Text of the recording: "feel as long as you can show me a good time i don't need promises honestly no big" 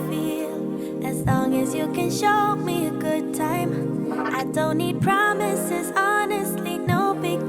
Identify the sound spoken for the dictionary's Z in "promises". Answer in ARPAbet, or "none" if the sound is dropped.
Z